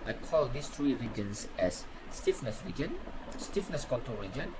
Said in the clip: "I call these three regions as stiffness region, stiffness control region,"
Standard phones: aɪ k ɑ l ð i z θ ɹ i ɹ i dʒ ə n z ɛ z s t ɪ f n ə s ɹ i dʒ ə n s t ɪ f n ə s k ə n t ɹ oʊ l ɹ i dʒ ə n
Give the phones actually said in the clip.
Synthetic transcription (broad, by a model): aɪ k ɑ l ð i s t ɹ i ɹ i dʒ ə n s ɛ s t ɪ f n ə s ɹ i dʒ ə n s t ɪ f n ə s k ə t oʊ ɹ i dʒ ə n